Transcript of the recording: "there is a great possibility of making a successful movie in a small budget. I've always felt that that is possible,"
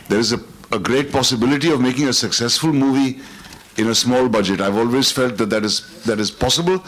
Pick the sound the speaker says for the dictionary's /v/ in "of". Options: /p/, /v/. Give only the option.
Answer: /v/